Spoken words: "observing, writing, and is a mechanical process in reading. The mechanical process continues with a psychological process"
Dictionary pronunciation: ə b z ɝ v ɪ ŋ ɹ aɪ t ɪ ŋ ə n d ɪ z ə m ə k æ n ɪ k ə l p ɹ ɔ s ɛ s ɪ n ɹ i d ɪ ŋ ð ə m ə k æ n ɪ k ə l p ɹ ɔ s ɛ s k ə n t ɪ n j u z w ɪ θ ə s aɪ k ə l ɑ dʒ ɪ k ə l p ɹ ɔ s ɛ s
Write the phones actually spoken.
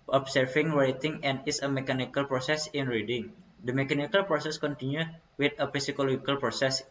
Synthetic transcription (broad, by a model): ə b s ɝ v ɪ ŋ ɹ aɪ t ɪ ŋ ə n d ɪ s ə m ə k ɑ n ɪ k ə l p ɹ ɔ s ɛ s ɪ n ɹ i d ɪ ŋ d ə m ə k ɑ n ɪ k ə l p ɹ ɔ s ɛ s k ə n t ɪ n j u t w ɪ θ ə s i k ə l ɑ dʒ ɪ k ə l p ɹ ɔ s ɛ s